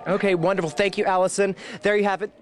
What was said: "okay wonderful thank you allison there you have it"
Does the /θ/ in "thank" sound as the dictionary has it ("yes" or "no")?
yes